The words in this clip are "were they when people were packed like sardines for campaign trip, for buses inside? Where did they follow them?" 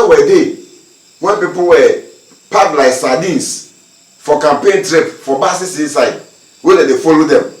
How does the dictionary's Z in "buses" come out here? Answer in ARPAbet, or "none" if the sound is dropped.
S